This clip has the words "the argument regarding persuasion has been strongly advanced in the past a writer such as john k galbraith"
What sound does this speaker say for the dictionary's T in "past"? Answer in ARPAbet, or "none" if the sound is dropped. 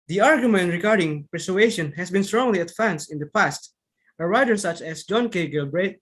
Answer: T